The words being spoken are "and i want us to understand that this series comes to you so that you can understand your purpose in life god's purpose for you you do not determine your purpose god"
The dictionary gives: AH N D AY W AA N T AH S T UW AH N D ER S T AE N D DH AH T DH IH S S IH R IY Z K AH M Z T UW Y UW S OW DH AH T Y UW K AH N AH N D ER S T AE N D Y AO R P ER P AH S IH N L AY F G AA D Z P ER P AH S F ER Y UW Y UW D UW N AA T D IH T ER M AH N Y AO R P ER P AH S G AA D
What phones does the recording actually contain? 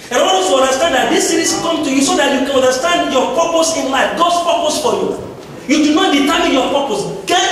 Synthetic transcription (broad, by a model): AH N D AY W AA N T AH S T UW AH N D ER S T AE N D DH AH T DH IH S S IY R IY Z K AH M T UW Y UW S OW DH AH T Y UW K AH N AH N D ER S T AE N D Y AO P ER P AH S IH N L AY F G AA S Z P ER P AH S F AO Y UW Y UW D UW N AA T D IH T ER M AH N Y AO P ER P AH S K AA